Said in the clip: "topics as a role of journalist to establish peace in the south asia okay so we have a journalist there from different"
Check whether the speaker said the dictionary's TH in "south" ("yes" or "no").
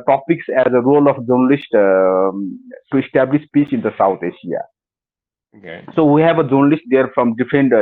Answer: no